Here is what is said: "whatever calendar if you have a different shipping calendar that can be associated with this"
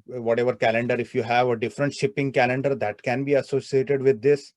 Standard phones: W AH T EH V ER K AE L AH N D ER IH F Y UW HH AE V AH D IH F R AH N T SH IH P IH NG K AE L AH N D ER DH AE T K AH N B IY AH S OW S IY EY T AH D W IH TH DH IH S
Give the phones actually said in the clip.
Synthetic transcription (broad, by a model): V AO T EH V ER K AE L AH N D ER IH F Y UW HH AE V AH D IH F R AH N T SH IH P IH NG K AE L AH N D ER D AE T K AH N B IY AH S OW S IY EY T AH D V IH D IH S